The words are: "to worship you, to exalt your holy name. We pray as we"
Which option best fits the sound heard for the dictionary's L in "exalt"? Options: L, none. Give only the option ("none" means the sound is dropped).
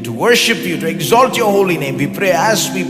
L